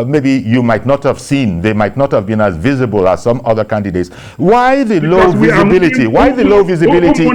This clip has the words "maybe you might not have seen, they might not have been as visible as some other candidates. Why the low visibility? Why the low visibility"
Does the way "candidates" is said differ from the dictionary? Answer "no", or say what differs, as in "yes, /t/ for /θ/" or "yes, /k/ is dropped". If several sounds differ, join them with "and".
no